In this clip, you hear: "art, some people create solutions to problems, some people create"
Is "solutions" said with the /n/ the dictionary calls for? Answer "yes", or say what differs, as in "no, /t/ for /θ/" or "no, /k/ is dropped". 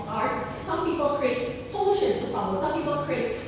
no, /n/ is dropped